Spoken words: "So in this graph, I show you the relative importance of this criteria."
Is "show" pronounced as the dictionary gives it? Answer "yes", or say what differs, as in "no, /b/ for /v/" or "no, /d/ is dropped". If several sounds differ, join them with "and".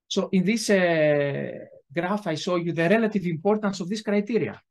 no, /s/ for /ʃ/